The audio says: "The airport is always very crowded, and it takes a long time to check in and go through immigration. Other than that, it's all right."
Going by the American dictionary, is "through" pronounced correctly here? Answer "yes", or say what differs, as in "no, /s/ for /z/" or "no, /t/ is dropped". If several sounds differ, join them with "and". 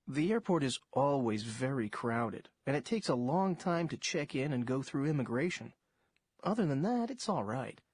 yes